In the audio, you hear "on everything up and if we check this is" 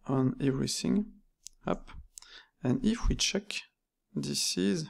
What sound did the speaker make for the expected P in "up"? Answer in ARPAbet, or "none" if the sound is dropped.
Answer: P